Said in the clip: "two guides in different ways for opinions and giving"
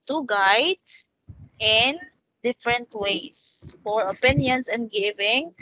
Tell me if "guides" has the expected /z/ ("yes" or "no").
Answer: no